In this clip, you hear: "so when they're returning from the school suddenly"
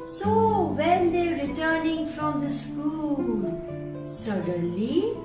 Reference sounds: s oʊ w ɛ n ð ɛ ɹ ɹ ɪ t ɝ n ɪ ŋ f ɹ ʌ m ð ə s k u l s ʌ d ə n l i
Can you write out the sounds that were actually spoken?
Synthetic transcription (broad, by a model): s oʊ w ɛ n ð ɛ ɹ ɹ ɪ t ɝ n ɪ ŋ f ɹ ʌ m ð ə s k u l s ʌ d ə n l i